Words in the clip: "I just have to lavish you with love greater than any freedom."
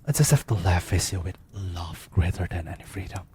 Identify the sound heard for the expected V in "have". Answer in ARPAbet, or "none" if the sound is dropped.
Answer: F